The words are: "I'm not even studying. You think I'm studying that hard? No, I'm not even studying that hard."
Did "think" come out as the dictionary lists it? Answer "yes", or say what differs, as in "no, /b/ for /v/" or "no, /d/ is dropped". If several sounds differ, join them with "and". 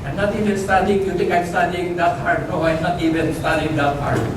no, /t/ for /θ/